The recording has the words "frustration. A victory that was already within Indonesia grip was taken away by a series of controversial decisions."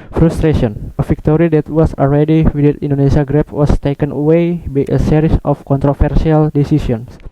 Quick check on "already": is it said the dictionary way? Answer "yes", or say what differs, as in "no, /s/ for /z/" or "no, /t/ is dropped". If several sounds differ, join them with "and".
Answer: no, /l/ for /ɹ/